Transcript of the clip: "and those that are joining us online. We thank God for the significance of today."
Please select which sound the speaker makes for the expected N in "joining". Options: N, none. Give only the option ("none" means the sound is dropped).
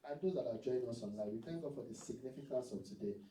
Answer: none